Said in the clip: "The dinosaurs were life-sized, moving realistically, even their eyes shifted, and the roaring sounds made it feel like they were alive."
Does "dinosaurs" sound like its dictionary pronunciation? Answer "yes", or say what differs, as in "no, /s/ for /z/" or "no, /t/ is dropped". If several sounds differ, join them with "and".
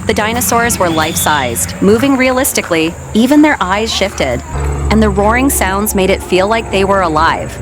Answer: yes